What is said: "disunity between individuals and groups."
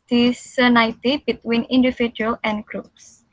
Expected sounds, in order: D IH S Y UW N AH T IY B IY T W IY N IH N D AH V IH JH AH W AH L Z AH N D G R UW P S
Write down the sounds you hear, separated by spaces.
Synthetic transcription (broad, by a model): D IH S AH N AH T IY B IY T W IY N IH N D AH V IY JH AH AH L AH N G R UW P S